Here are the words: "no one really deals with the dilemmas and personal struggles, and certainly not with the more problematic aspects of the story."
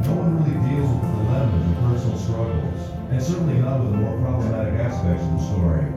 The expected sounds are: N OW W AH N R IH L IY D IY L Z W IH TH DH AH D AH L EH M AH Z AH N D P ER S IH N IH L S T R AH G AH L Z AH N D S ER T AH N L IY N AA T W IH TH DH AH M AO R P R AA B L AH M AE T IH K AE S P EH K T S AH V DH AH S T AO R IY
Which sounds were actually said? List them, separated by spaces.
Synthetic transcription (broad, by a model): N OW W AH N R IH L IY D IY L Z W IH DH AH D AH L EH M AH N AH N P ER S N L S T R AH G L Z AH N S ER T N L IY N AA T W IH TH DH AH M AO R P R AA B L AH M AE T IH K AE S P EH K T S AH V DH AH S T AO R IY